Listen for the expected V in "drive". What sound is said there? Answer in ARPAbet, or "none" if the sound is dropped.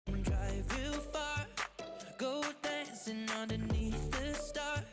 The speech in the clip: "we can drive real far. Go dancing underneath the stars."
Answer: V